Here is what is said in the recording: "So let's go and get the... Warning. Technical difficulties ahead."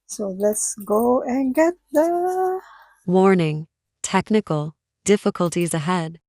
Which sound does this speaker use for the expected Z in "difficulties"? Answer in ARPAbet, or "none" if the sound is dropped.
Z